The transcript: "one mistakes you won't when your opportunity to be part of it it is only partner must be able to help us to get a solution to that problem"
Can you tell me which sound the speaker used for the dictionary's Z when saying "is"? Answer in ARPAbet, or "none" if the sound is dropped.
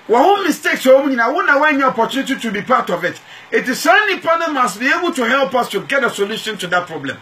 S